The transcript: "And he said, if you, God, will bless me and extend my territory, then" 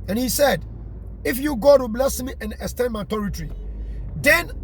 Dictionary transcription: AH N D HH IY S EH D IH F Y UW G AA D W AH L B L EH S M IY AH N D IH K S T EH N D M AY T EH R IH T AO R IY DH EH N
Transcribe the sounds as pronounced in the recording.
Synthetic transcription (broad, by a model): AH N HH IY S EH D IH F Y UW G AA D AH B L EH S M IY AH N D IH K S T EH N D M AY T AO R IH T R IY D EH N